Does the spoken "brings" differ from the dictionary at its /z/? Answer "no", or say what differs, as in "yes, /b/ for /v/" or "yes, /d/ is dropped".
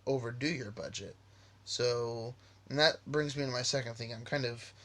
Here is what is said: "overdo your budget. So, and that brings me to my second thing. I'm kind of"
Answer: no